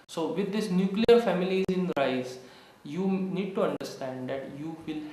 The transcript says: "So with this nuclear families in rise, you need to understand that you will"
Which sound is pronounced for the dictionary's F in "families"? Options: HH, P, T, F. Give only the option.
F